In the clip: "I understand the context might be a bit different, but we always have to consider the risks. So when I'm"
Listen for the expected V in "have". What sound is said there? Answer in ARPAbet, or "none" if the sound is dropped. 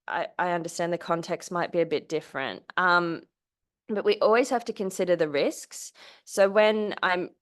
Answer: F